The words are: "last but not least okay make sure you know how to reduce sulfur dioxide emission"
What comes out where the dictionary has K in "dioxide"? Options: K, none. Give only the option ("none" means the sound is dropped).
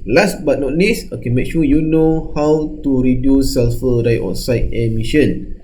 none